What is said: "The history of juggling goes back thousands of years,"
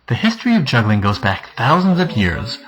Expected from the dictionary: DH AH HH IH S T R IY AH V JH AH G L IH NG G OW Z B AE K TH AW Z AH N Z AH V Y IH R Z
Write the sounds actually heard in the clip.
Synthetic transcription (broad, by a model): DH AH HH IH S T R IY AH V JH AH G L IH NG G OW Z B AE K TH AW Z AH N Z AH V Y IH R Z